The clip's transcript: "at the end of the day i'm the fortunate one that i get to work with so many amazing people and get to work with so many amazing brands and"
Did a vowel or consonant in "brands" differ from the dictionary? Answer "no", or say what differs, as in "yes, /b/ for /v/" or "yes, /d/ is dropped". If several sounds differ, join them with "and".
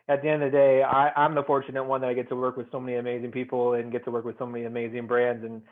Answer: no